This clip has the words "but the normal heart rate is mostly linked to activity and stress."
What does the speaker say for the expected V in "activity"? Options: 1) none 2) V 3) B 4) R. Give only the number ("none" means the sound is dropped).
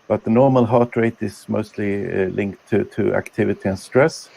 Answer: 2